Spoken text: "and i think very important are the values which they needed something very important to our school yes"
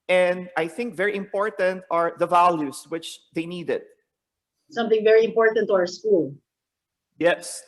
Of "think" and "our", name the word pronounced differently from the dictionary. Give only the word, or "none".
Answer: none